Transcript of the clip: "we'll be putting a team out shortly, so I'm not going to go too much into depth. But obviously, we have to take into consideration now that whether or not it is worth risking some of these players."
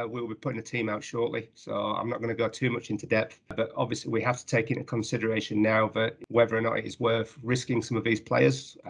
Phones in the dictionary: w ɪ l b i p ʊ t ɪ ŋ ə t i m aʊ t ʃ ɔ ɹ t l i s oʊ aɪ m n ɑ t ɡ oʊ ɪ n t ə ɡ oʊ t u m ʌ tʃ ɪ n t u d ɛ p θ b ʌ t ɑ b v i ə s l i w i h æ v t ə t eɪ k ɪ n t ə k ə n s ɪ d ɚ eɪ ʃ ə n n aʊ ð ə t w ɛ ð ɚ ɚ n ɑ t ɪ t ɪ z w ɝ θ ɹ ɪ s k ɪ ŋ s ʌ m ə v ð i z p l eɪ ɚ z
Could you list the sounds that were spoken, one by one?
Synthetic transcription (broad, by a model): w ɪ l b i p ʊ t ɪ ŋ ə t i m aʊ t ʃ ɔ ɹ t l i s oʊ aɪ m n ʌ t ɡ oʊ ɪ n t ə ɡ oʊ t u m ʌ tʃ ɪ n t u d ɛ p θ b ʌ t ɑ b v i ə s l i w i h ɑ f t ə t eɪ k ɪ n t ə k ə n s ɪ d ɚ eɪ ʃ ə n n aʊ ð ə t w ɛ ð ɚ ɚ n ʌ t ɪ t ɪ z w ɝ θ ɹ ɪ s k ɪ ŋ s ʌ m ə v ð i z p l eɪ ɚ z